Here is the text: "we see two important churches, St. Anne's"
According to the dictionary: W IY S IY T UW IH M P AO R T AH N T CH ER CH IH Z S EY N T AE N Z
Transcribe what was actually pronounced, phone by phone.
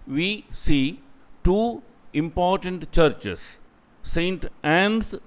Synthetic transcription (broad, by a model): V IY S IY T UW IH M P AO R T AH N T CH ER CH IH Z S EY N T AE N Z